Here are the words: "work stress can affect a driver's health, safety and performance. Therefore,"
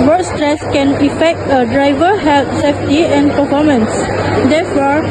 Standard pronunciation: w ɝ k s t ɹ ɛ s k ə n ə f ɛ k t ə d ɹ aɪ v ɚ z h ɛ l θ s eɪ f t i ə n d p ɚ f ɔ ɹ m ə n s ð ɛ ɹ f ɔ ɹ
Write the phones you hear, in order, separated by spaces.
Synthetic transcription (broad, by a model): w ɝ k s t ɹ ɛ s k ə n ə f ɛ k t ə d ɹ aɪ v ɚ h ɛ l t s eɪ f t i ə n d p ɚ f ɔ m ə n s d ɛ f ɔ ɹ